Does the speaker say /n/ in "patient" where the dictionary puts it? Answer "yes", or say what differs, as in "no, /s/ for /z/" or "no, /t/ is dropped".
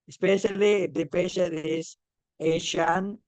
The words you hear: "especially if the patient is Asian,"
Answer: no, /n/ is dropped